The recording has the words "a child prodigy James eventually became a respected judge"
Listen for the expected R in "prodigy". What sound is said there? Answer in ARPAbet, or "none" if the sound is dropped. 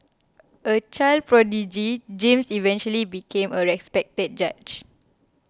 R